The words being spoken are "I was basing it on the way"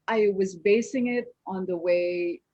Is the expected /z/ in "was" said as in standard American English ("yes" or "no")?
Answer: yes